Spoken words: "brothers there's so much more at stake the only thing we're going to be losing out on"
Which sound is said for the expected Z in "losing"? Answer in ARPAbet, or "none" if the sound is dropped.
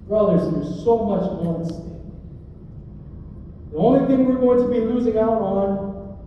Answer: Z